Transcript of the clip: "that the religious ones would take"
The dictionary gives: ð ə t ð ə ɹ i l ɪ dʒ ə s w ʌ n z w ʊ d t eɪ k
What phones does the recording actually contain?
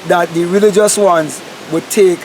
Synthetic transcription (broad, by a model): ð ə t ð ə ɹ i l ɪ dʒ ə s w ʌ n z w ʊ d t eɪ k